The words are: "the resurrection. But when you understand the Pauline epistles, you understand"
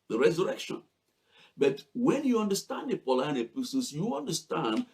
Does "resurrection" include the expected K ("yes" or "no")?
yes